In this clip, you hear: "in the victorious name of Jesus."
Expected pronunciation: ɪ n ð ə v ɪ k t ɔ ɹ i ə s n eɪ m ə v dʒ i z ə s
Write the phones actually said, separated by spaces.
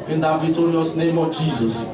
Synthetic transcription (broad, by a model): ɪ n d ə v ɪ t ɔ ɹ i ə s n eɪ m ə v dʒ i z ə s